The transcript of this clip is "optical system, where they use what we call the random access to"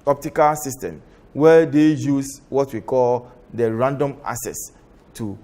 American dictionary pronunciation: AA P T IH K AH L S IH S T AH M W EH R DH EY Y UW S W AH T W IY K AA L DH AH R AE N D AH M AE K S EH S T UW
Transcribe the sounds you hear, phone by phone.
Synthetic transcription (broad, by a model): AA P T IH K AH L S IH S T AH M W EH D EY Y UW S W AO T W IY K AA L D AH R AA N D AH M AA S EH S T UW